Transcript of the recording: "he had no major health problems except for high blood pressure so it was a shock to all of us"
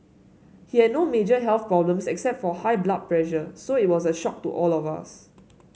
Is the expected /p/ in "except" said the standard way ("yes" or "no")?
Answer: yes